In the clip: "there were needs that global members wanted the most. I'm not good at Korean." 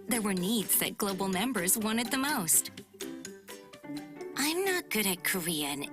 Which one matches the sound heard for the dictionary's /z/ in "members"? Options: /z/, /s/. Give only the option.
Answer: /z/